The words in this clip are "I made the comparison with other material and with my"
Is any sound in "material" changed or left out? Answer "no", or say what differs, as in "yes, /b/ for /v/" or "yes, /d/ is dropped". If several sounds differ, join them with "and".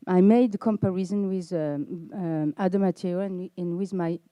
yes, /ɹ/ is dropped and /n/ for /l/